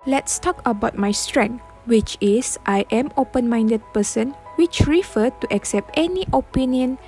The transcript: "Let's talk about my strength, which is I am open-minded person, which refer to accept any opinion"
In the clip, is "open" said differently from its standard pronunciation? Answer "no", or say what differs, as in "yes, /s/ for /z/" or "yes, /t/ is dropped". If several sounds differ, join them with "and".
no